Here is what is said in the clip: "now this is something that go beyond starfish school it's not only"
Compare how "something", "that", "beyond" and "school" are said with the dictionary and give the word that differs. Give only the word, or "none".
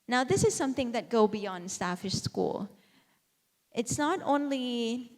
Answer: none